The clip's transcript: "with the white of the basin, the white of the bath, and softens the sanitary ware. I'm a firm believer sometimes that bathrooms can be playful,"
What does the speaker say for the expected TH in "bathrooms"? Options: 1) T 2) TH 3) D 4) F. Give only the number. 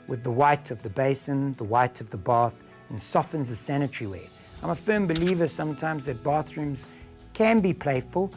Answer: 2